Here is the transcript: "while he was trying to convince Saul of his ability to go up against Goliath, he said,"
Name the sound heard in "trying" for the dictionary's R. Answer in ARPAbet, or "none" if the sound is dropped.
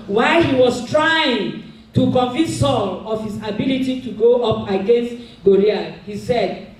R